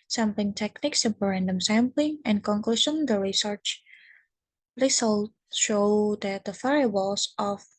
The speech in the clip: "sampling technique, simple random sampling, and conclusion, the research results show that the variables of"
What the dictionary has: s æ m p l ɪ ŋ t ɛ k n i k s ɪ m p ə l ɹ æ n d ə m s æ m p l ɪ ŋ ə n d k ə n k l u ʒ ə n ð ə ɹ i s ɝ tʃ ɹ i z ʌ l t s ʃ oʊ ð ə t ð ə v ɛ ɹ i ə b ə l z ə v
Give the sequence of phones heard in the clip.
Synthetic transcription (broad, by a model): s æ m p l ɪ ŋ t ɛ k n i k s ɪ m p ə ɹ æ n d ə m s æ m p l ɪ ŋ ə n k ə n k l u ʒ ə n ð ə ɹ i s ɝ tʃ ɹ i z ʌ l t ʃ oʊ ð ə t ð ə f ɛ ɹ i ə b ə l s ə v